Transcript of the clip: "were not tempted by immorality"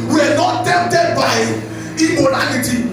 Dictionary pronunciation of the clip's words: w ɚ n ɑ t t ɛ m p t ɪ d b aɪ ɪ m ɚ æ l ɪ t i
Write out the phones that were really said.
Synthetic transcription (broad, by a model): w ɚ n ɑ t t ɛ p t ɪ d b aɪ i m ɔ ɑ l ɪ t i